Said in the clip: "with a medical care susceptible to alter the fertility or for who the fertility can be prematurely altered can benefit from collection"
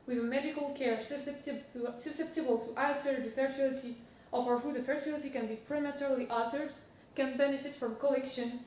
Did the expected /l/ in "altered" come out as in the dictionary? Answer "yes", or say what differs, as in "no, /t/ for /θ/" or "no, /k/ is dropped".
no, /l/ is dropped